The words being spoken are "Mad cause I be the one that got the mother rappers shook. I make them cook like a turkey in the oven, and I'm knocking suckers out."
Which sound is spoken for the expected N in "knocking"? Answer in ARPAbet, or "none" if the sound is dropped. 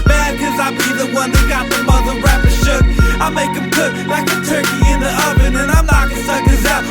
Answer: L